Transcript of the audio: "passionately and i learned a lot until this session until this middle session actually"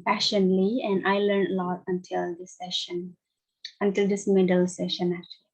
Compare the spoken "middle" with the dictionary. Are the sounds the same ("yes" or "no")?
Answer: yes